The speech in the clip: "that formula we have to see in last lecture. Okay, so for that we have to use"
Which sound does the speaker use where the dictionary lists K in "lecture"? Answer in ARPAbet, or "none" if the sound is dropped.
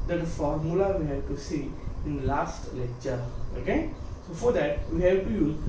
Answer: none